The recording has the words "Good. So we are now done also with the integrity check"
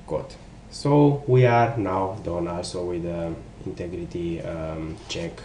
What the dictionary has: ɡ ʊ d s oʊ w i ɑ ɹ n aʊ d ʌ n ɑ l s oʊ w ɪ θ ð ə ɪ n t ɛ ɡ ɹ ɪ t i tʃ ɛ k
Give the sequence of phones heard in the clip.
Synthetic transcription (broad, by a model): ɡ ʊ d s oʊ w i ɑ ɹ n aʊ d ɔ n ɑ l s oʊ w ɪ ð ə ɪ n t ɛ ɡ ɹ ɪ t i tʃ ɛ k